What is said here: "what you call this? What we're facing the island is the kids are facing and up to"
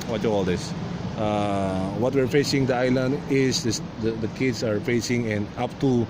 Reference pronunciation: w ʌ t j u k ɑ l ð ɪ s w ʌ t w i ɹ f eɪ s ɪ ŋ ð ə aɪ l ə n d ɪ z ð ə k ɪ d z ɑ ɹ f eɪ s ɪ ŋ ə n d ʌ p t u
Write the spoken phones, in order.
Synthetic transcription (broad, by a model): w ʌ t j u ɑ l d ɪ s w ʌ t w i ɹ f eɪ s ɪ ŋ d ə aɪ l ə n d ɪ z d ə k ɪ d s ɑ ɹ f eɪ s ɪ ŋ ə n d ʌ p t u